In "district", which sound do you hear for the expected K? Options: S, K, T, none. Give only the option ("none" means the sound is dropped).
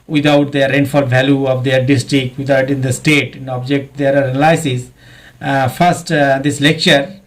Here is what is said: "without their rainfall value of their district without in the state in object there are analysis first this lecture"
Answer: K